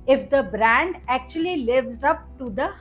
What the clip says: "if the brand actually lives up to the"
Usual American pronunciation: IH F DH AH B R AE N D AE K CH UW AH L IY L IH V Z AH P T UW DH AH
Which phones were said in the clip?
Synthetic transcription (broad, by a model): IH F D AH B R AE N D AE K CH UW AH L IY L IH V Z AH P T UW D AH